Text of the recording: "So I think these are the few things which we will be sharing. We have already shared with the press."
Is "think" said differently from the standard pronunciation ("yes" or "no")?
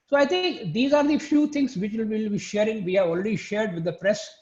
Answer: yes